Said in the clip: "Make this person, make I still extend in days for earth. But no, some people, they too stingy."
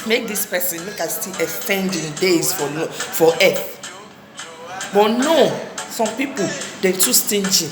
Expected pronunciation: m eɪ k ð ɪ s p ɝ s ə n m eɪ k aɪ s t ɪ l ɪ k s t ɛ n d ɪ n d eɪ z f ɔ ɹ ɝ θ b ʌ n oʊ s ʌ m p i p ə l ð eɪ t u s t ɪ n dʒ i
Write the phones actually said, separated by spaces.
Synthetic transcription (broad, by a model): m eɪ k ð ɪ s p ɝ s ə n m eɪ k aɪ s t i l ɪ s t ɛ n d ɪ n d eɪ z f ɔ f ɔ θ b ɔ n oʊ s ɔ m p i p ə l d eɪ t u s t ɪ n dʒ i